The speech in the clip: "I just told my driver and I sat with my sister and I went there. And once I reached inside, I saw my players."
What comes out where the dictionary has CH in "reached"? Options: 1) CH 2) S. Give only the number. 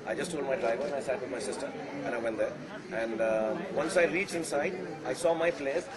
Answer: 1